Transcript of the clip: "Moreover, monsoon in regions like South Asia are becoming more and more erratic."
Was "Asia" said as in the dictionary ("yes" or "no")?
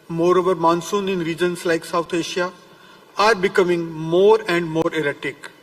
no